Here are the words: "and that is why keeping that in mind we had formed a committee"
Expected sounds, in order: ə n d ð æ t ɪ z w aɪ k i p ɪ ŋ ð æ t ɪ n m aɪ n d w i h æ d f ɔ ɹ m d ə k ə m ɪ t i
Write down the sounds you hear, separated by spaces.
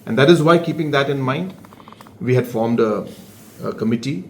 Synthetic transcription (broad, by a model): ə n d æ t ɪ z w aɪ k i p ɪ ŋ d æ t ɪ n m aɪ n d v i h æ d f ɔ ɹ m d ə k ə m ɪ t i